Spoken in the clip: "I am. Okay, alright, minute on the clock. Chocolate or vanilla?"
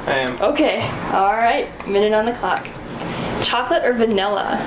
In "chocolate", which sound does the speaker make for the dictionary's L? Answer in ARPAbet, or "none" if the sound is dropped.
L